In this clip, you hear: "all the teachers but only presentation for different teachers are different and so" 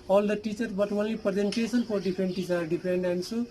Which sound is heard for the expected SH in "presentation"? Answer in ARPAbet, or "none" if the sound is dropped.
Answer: S